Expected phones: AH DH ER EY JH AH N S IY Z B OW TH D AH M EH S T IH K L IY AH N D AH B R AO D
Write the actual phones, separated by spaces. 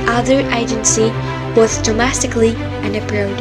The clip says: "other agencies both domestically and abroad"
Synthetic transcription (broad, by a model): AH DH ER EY JH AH N S IY B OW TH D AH M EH S T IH K L IY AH N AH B R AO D